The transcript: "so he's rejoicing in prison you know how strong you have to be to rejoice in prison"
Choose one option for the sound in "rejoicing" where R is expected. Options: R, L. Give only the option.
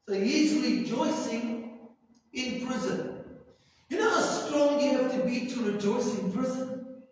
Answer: L